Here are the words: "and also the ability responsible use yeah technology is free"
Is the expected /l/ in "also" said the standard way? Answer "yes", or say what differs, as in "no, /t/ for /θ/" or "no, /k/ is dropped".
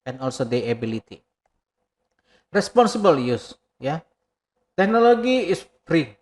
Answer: yes